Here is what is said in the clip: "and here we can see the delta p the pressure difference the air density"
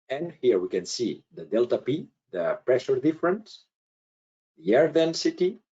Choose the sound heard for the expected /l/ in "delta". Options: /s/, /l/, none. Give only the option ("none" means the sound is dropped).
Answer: /l/